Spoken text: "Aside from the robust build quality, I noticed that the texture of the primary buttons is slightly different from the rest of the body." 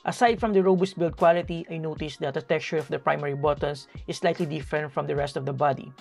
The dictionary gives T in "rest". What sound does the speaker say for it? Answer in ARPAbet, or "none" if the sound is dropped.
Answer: T